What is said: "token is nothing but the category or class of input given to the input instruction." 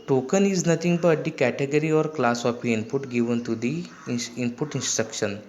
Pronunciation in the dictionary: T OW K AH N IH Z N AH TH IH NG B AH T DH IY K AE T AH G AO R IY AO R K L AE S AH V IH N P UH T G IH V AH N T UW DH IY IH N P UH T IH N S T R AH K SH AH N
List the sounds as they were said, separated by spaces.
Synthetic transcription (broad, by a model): T OW K AH N IH Z N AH T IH NG B AH T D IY K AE T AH G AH R IY AO R K L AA S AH P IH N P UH T G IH V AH N T UW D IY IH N P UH T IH N S T R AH K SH AH N